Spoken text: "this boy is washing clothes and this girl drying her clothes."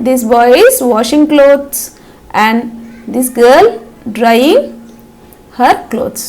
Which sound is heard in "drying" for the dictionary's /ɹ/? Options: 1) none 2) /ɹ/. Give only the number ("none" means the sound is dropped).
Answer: 2